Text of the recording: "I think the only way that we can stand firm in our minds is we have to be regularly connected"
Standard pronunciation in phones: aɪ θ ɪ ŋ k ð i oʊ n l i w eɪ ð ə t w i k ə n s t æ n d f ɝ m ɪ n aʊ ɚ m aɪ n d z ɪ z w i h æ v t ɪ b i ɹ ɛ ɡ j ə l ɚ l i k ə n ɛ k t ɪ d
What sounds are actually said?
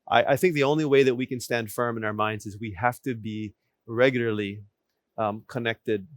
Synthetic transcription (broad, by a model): aɪ θ ɪ ŋ k ð i oʊ n l i w eɪ ð ə t w i k ə n s t æ n d f ɝ m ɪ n aʊ ɚ m aɪ n d z ɪ z w i h æ f t ɪ b i ɹ ɛ ɡ j l ɚ l i k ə n ɛ k t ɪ d